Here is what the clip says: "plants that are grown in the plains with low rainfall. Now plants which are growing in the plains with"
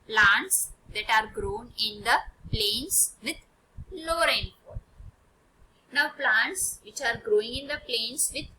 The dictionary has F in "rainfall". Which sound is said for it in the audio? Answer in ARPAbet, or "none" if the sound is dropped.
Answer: P